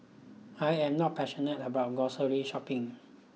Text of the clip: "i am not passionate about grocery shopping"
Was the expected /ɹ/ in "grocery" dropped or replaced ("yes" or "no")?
yes